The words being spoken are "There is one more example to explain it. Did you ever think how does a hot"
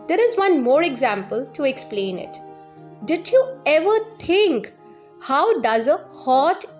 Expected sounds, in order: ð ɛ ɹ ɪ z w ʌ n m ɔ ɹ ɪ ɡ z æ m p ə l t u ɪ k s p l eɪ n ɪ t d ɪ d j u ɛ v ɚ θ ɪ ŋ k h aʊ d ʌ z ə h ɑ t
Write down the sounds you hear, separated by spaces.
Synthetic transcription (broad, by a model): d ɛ ɹ ɪ z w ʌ n m ɔ ɹ ɪ ɡ z æ m p ə l t u ɪ k s p l eɪ n ɪ t d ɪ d j u ɛ v ɚ t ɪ ŋ k h aʊ d ʌ z ə h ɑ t